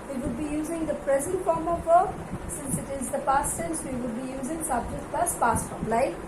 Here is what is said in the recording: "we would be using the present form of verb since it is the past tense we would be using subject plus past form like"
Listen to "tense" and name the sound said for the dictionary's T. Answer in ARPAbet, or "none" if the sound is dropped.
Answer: S